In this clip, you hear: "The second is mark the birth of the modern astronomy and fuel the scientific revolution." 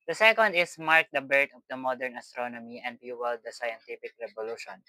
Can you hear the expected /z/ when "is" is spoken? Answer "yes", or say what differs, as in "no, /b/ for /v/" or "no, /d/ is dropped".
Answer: no, /s/ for /z/